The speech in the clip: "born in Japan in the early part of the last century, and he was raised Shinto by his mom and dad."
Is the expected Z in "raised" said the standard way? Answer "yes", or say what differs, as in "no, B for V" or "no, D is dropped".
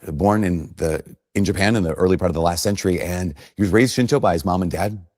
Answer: yes